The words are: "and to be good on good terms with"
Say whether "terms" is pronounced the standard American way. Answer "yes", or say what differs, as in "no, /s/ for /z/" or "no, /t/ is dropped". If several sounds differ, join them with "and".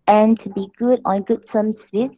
no, /s/ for /t/ and /s/ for /z/